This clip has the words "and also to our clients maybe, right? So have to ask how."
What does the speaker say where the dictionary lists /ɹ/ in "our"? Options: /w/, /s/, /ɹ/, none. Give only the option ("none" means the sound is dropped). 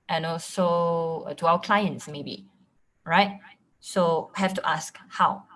/w/